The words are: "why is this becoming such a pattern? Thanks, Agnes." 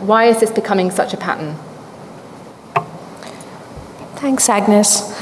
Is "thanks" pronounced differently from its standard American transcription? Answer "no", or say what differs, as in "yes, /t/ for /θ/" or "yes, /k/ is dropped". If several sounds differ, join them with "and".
no